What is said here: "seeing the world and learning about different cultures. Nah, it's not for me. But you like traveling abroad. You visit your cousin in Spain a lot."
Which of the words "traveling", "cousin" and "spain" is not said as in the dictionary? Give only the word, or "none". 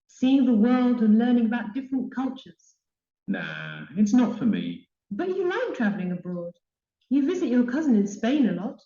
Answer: none